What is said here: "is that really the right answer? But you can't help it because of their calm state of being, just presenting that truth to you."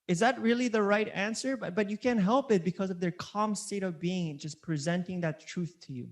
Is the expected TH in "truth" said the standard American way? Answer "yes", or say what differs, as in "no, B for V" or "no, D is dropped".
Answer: yes